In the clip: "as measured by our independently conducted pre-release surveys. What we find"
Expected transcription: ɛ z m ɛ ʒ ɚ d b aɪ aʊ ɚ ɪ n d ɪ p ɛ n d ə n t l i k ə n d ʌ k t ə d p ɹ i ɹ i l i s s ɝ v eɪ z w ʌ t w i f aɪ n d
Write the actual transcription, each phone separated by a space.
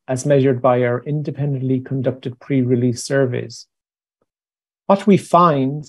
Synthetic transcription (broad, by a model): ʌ z m ɛ ʒ ɚ d b aɪ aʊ ɚ ɪ n d ɪ p ɛ n d ə n t l i k ə n d ʌ k t ə d p ɹ i ɹ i l i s s ɝ v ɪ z w ʌ t w i f aɪ n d